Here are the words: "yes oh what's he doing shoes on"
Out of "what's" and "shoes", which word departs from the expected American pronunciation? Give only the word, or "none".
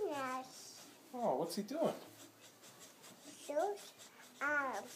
shoes